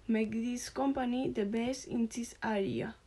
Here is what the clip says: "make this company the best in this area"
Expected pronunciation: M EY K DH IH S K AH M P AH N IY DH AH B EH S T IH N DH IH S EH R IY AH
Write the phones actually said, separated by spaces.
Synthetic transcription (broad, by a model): M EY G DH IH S K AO M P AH N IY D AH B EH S IH N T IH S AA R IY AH